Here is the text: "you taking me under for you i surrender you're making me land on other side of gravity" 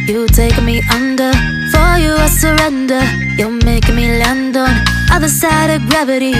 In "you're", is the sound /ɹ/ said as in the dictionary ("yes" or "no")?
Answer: no